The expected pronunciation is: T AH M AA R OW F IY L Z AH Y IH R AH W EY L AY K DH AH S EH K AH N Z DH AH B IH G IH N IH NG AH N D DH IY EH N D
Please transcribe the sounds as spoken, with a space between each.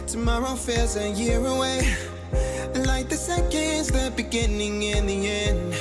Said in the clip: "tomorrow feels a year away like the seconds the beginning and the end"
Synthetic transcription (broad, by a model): T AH M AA R OW F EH Z AH Y IH R AH W EY L AY K DH AH S EH K AH N Z DH AH B IH G IH N IH NG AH N DH IY EH N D